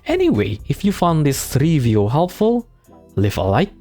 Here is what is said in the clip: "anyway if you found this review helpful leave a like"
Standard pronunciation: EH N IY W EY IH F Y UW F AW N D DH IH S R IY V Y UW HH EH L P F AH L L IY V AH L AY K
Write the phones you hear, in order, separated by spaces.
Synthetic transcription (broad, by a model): EH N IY W EY IH F Y UW F AW N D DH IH S R IY V Y UW HH EH L P F AH L L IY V AH L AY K